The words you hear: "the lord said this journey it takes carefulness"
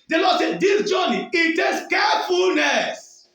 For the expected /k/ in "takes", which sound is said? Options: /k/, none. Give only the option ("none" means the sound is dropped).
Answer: none